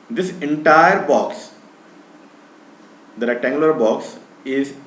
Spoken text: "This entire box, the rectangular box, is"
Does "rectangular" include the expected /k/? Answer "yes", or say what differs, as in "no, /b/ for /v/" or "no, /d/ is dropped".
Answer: no, /k/ is dropped